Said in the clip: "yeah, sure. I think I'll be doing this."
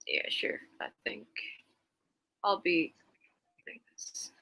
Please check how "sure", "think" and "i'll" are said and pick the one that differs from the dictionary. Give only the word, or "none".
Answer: none